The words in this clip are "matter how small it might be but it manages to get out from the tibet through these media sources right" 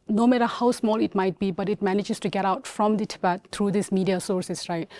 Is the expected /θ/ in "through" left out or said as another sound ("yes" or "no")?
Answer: yes